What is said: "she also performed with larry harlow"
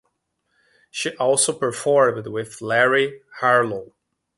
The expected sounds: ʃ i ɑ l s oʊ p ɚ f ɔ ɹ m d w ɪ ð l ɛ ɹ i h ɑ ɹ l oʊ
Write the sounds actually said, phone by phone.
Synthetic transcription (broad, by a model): ʃ i ɑ l s oʊ p ɚ f ɔ ɹ m d w ɪ ð l ɛ ɹ i h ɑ ɹ l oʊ